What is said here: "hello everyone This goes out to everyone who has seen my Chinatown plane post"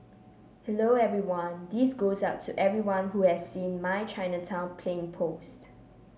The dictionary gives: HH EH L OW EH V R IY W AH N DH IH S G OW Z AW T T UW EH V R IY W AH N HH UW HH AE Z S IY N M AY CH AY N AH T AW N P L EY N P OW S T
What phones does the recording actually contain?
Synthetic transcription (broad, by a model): HH EH L OW EH V R IY W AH N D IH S G OW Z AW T T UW EH V R IY W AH N HH UW HH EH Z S IY N M AY CH AY N AH T AW N P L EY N P OW S T